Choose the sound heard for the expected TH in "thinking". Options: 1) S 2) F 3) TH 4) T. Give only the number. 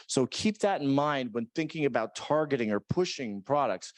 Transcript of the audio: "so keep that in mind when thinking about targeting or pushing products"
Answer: 3